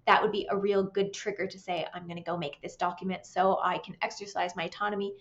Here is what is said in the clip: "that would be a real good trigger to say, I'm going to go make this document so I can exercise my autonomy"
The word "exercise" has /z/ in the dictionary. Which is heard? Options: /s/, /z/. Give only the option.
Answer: /z/